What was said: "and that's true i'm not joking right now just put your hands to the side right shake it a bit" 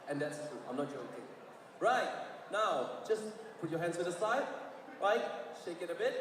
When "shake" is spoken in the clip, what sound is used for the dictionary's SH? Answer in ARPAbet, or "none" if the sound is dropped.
SH